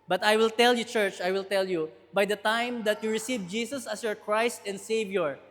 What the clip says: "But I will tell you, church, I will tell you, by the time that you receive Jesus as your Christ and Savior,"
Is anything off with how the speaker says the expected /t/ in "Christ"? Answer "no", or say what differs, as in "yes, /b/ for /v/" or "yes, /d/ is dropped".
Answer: no